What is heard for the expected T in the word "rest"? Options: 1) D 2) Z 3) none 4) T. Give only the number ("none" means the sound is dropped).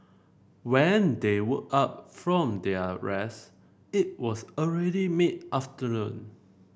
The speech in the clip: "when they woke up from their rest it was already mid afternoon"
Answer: 3